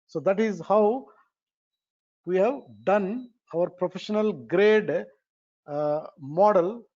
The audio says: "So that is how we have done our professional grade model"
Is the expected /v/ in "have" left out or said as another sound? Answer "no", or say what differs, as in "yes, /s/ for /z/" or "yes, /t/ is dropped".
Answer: no